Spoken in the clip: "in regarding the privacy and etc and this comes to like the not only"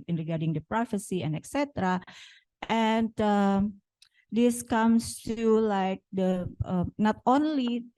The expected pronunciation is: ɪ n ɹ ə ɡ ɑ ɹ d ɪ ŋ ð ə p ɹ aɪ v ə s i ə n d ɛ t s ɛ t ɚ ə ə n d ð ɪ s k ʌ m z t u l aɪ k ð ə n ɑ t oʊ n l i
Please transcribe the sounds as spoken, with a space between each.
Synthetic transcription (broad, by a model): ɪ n ɹ ə ɡ ɑ ɹ d ɪ ŋ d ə p ɹ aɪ f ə s i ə n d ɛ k s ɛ t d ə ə n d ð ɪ s k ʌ m s t u l aɪ k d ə n ɑ t oʊ n l i